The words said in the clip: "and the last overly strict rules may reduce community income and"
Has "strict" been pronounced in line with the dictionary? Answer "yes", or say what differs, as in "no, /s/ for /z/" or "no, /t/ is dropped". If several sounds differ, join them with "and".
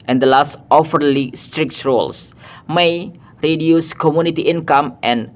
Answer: yes